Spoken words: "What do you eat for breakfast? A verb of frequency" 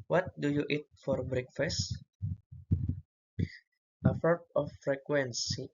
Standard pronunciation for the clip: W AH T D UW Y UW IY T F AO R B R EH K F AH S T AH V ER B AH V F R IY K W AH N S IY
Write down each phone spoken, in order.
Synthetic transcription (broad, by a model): W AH T D UW Y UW IY T F AO R B R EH K F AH S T AH F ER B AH F R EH K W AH N S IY